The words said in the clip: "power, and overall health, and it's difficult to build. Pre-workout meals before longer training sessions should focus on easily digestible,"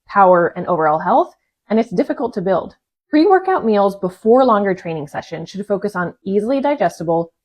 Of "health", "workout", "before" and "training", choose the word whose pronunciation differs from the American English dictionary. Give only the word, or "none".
none